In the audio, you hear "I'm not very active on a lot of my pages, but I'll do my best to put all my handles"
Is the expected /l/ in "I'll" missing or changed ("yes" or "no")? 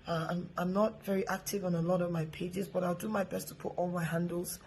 no